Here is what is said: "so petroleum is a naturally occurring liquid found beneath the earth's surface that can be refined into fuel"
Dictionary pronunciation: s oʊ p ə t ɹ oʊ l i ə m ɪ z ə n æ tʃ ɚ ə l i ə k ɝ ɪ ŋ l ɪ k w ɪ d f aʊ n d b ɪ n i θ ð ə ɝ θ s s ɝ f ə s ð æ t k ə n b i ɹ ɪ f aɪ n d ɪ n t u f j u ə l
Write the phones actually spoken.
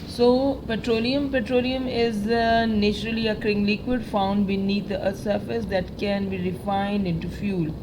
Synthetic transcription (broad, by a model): s oʊ p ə t ɹ oʊ l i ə m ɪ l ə n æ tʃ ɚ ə l i ə k ɝ ɪ ŋ l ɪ k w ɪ d f aʊ n d b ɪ n i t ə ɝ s s ɝ f ə s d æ t k ə n b i ɹ ɪ f aɪ n d ɪ n t u f j u l